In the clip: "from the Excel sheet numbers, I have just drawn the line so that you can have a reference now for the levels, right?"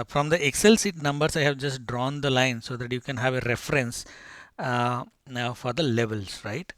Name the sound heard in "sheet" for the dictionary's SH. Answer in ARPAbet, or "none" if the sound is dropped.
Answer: S